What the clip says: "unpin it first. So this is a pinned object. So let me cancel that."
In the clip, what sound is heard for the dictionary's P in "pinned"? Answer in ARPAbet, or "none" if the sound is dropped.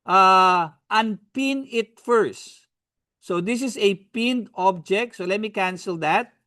P